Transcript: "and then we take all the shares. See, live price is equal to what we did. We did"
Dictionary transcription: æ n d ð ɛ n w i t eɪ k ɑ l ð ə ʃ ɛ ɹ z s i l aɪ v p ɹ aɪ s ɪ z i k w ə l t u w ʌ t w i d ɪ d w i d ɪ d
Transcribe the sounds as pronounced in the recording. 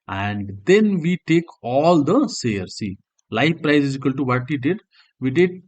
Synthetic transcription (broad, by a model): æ n d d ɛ n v i t eɪ k ɑ l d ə s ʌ ɹ s i l aɪ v p ɹ aɪ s ɪ z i k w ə l t u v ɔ t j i d ɪ d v i d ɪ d